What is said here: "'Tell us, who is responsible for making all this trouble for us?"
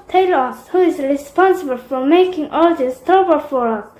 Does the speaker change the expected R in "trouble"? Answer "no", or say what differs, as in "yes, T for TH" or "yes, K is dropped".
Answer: yes, R is dropped